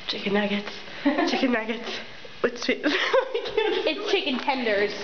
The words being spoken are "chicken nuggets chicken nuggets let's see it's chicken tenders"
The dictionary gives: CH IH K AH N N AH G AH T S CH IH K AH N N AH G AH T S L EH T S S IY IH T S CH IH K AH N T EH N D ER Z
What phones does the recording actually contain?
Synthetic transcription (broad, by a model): CH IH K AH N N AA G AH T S CH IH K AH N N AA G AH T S W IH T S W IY IH T S CH IH K AH N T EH N D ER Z